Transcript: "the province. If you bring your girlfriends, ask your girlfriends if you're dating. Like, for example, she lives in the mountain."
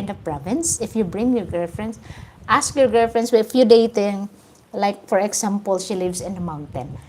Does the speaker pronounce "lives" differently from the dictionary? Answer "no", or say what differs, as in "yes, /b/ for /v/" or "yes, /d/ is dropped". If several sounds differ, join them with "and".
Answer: yes, /s/ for /z/